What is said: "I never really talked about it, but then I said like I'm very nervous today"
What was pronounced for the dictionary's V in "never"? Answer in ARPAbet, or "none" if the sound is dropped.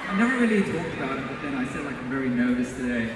V